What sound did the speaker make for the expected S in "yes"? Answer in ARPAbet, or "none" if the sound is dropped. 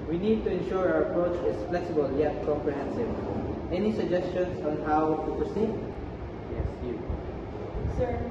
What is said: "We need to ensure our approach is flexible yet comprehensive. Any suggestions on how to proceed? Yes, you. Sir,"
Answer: S